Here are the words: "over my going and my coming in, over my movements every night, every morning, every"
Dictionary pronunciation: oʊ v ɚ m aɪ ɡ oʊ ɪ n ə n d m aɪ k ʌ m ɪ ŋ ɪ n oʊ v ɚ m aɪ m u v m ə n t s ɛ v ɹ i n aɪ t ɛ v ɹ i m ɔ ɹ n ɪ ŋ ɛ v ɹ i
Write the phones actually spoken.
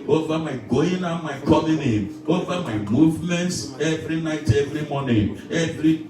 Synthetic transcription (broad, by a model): oʊ v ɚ m aɪ ɡ oʊ ɪ n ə m aɪ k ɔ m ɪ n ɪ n oʊ v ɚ m aɪ m u v m ə n t s ɛ v ɹ i n aɪ t ɛ v ɹ i m ɔ n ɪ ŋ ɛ v ɹ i